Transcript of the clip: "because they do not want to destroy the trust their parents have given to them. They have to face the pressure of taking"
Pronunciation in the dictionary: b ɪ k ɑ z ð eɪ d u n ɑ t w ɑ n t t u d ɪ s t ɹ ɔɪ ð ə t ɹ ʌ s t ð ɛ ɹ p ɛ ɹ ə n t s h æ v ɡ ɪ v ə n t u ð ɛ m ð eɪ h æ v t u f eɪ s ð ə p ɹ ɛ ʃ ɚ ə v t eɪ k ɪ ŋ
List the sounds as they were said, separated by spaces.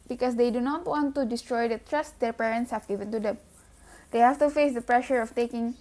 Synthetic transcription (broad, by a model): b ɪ k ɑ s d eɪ d u n ɑ t w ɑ n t t u d ɪ s t ɹ ɔɪ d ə t ɹ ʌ s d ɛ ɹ p ɛ ɹ ə n t s h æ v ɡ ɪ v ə n t u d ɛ m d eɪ h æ f t u f eɪ s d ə p ɹ ɛ ʃ ɚ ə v t eɪ k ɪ ŋ